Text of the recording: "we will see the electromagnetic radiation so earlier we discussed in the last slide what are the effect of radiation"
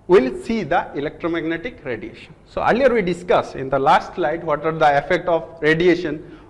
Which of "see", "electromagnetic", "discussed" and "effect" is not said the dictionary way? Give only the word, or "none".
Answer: discussed